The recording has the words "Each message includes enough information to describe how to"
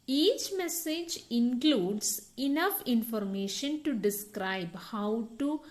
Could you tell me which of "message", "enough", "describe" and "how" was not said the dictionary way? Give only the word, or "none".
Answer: none